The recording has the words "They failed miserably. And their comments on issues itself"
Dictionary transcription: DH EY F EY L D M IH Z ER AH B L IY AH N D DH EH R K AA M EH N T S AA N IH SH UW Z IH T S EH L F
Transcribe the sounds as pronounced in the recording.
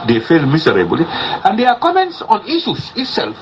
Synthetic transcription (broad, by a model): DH EY F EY L M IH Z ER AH B L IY AH N D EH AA K AA M EH N T S AA N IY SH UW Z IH T S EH L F